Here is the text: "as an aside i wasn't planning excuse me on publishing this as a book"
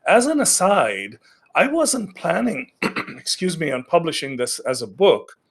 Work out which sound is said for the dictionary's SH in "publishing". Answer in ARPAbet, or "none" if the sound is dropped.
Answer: SH